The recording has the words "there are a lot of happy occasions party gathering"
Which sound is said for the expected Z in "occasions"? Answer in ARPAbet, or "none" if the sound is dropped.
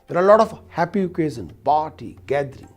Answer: none